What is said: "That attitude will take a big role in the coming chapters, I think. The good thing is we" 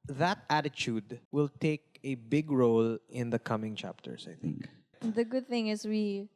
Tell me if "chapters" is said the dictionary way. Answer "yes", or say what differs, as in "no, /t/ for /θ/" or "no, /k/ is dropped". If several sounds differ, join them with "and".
no, /s/ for /z/